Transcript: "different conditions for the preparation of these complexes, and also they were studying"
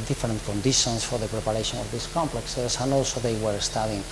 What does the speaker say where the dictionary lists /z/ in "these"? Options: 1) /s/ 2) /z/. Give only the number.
1